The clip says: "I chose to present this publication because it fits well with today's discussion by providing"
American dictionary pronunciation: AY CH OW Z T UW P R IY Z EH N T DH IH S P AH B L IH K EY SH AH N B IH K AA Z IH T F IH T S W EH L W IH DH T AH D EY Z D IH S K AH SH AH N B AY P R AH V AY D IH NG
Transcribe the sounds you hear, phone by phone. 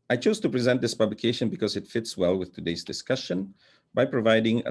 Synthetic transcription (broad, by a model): AY CH OW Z T UW P R IY Z EH N T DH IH S P AH B L IH K EY SH AH N B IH K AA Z IH T F IH T S W EH L W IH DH T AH D EY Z D IH S K AH SH AH N B AY P R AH V AY D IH NG